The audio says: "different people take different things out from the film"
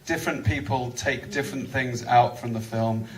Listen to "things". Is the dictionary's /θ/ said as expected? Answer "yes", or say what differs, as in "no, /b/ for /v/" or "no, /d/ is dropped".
yes